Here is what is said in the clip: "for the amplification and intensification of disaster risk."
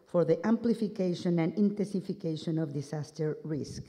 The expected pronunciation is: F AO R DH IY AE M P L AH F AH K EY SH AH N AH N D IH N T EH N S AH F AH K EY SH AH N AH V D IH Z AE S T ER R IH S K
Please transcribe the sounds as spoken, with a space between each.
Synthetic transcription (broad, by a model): F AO R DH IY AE M P L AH F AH K EY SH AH N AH N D IH N T EH N S AH F AH K EY SH AH N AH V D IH S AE S T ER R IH S K